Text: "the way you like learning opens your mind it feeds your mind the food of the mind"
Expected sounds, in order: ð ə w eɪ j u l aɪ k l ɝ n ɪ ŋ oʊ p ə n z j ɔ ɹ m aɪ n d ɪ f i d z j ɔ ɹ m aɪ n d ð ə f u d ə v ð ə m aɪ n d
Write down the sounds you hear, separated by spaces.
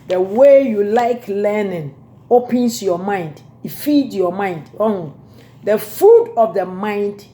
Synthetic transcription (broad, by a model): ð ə w eɪ j u l aɪ k l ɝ n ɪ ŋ oʊ p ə n s j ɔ m aɪ n d ɪ f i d j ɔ m aɪ n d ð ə f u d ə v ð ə m aɪ n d